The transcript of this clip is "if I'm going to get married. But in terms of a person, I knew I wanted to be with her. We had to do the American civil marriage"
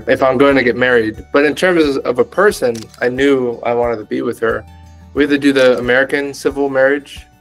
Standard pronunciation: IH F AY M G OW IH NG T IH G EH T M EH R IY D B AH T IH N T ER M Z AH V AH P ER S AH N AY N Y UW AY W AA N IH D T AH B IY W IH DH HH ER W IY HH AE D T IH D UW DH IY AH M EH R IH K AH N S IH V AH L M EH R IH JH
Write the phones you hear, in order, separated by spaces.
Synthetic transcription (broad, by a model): IH F AY M G OW IH NG T IH G EH T M EH R IY D B AH T IH N T ER M Z AH V AH P ER S AH N AY N Y UW AY W AA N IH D T AH B IY W IH DH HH ER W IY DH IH D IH DH IY AH M EH R IH K AH N S IH V L M EH R IH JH